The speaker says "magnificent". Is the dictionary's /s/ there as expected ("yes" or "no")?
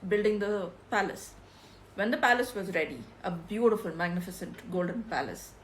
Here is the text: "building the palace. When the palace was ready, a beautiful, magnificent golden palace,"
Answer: yes